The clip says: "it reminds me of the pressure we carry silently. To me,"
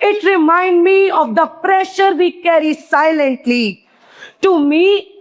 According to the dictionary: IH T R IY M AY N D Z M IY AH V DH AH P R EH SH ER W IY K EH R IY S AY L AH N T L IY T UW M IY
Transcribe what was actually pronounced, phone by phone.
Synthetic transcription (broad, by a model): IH T R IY M AY N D M IY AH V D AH P R EH SH ER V IY K EH R IY S AY L AH N T L IY T UW M IY